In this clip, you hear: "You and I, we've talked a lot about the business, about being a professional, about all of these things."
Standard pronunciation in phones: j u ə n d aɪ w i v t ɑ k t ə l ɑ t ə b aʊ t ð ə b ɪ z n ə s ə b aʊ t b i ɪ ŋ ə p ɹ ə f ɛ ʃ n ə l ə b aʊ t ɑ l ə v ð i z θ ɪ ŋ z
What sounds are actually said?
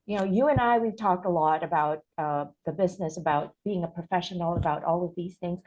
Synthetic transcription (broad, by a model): j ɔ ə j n aɪ w i v t ɑ k t ə l ɑ t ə b aʊ t ð ə b ɪ z n ə s ə b aʊ t b i ɪ ŋ ə p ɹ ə f ɛ ʃ n l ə b aʊ t ɑ l ə v ð i z θ ɪ ŋ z